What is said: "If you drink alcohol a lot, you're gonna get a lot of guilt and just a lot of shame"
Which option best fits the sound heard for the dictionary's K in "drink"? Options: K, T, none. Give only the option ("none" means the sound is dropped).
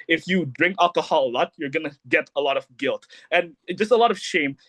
K